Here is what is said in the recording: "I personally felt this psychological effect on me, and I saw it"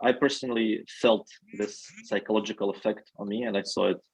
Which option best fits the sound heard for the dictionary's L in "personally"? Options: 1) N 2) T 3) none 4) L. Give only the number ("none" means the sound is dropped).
4